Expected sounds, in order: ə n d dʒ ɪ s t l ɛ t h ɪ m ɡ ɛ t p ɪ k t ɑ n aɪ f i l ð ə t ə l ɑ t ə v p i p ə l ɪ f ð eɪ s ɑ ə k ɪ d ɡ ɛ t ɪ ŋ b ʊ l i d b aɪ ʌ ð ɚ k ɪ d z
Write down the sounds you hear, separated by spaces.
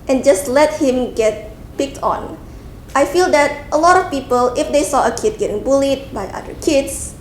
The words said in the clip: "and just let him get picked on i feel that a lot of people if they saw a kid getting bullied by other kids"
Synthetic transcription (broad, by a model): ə n dʒ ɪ s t l ɛ t h ɪ m ɡ ɛ t p ɪ k t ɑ n aɪ f i l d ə t ə l ɑ t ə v p i p ə l ɪ f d eɪ s ɑ ə k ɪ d ɡ ɛ t ɪ ŋ b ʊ l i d b aɪ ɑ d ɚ k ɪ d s